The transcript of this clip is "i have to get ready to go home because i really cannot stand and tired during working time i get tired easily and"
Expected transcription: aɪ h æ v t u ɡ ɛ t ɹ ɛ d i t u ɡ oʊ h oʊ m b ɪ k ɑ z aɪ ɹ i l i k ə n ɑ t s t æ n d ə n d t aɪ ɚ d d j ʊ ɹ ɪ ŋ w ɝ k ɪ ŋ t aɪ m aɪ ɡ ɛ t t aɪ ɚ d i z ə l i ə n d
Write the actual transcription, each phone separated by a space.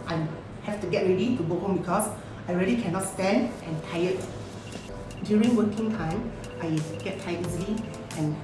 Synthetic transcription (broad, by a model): aɪ h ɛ f t u ɡ ɛ t ɹ ɛ d i t u ɡ oʊ h oʊ m b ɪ k ɑ s aɪ ɹ i l i k ə n ɑ t s t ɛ n d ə n t aɪ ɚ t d j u ɹ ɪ ŋ w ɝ k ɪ ŋ t aɪ m aɪ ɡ ɛ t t aɪ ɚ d i z ə l i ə n